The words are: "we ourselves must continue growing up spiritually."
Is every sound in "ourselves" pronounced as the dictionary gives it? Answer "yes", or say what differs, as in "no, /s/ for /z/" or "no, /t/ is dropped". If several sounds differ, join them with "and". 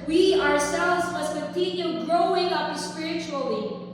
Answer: yes